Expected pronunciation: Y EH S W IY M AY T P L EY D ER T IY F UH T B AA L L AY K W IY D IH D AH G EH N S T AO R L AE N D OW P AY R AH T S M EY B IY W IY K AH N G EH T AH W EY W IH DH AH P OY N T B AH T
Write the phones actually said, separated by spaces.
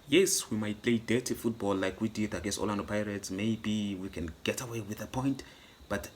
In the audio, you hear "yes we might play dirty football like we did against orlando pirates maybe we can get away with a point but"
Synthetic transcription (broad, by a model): Y EH S W IY M AY T P L EY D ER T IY F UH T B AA L L AY K W IY D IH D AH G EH S AO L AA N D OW P AY R AH T S M EY B IY W IY K AH N G EH T AH W EY W IH DH AH P OY N T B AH T